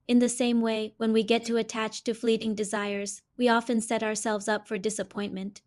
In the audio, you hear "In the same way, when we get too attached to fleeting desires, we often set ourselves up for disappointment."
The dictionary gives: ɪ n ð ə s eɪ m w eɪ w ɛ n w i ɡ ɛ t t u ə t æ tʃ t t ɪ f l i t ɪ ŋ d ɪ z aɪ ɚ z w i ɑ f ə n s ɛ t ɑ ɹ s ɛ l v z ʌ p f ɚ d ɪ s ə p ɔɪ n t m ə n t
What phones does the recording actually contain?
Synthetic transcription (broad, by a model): ɪ n ð ə s eɪ m w eɪ w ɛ n w i ɡ ɛ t t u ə t æ tʃ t t ɪ f l i t ɪ ŋ d ɪ z aɪ ɚ z w i ɑ f ə n s ɛ t ɑ ɹ s ɛ l v z ʌ p f ɚ d ɪ s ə p ɔɪ n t m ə n t